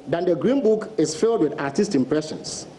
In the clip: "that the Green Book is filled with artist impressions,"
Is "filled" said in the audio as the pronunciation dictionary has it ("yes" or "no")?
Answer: yes